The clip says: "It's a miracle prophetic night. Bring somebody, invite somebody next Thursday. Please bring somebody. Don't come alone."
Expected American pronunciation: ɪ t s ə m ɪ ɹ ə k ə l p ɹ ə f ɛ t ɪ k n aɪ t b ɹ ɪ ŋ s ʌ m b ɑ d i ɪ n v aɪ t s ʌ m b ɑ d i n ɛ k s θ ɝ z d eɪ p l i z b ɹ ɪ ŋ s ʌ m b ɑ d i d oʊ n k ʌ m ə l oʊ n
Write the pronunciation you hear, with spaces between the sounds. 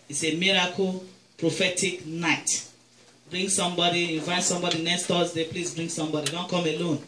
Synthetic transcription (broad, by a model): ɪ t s ə m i ɹ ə k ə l p ɹ ə f ɛ t ɪ k n aɪ t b ɹ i ŋ s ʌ m b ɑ d i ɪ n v aɪ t s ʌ m b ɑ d i n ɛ s t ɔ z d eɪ p l i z b ɹ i ŋ s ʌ m b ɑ d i d oʊ n k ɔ m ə l oʊ n